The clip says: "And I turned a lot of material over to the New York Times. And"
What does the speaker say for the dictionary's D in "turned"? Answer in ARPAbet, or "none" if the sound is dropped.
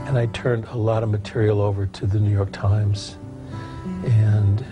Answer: D